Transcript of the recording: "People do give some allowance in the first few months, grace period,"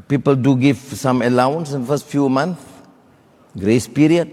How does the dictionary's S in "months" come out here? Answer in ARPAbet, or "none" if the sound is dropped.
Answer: none